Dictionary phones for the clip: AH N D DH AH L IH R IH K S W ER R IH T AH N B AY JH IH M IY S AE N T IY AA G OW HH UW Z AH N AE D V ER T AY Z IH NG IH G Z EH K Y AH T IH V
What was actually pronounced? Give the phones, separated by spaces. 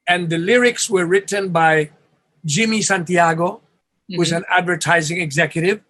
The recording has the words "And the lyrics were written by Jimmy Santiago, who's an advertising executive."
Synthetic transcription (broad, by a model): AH N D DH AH L IH R IH K S W ER R IH T AH N B AY JH IH M IY S AE N T IY AA G OW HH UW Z AH N AE D V ER T AY Z IH NG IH G Z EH K Y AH T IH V